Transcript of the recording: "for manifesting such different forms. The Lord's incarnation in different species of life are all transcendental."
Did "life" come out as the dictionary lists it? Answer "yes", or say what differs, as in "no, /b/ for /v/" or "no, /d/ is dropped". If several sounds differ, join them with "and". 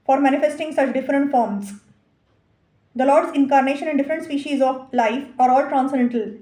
yes